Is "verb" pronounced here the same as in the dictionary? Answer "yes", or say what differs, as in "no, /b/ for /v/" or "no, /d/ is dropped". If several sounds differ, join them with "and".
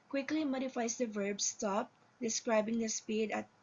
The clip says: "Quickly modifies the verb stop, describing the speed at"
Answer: yes